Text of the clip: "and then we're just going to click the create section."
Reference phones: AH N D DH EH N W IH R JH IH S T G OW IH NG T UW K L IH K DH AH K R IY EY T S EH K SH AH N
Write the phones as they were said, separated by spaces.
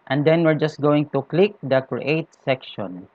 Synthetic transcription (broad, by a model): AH N D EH N W IH R JH IH S T G OW IH NG T UW K L IH K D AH K R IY EY T S EH K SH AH N